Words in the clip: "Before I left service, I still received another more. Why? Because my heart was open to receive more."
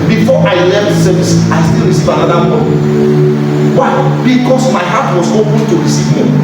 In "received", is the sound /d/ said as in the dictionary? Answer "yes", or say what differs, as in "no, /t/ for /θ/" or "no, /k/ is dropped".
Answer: no, /d/ is dropped